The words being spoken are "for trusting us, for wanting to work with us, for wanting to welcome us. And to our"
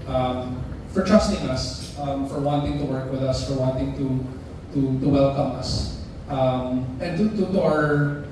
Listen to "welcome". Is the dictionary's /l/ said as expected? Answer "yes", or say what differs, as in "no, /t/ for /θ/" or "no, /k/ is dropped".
yes